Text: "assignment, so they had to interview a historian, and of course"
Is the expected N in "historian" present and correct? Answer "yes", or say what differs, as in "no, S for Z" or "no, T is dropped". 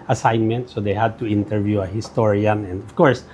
yes